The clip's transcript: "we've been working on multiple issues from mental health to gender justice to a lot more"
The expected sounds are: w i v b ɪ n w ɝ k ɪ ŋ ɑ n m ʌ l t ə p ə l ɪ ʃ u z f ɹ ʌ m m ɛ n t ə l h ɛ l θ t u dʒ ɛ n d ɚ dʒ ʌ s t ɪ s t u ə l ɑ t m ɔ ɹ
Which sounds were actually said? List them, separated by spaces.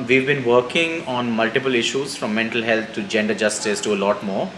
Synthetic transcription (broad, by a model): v i v b ɪ n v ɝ k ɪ ŋ ɑ n m ʌ l t ə p ə l ɪ ʃ u z f ɹ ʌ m m ɛ n t ə l h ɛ l t t u dʒ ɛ n d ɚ dʒ ʌ s t ɪ s t u ə l ɑ t m ɔ ɹ